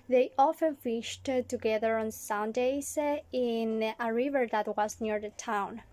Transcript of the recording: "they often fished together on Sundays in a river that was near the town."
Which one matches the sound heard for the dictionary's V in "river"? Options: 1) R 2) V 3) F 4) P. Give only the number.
2